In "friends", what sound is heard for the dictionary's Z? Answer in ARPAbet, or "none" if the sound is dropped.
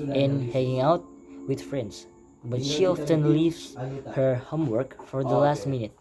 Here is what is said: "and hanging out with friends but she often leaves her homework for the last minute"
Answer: S